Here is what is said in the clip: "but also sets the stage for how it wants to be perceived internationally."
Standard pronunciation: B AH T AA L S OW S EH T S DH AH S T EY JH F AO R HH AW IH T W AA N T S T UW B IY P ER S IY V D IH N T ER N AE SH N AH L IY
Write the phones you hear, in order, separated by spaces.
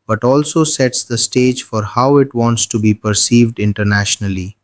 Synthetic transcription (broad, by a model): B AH T AA L S OW S EH T S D AH S T EY JH F AO R HH AW IH T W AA N T S T UW B IY P ER S IY V D IH N T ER N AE SH N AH L IY